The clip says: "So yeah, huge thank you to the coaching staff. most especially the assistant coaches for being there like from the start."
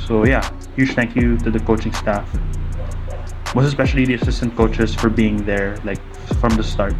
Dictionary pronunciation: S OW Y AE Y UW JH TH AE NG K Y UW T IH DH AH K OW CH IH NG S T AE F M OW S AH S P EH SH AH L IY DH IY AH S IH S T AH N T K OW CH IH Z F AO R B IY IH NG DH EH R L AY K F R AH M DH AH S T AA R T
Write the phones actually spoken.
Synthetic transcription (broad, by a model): S OW Y AE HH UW SH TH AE NG K Y UW T IH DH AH K OW CH IH NG S T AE F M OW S AH S P EH SH AH L IY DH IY AH S IH S T AH N T K OW CH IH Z F AO R B IY IH NG DH EH R L AY K F R AH M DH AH S T AA R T